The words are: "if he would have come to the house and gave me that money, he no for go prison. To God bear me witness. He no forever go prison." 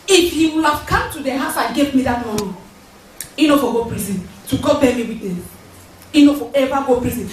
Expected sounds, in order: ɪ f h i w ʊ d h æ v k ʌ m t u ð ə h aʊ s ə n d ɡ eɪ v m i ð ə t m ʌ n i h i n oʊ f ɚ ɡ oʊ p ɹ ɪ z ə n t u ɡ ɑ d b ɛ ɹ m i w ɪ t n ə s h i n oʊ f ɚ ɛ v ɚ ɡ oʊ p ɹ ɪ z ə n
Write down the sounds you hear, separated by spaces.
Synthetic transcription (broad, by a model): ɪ f h i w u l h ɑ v k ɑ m t u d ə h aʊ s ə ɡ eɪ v m i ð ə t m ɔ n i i n oʊ f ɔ ɡ oʊ p ɹ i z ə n t u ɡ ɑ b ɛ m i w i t ə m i n oʊ f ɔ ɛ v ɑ ɡ oʊ p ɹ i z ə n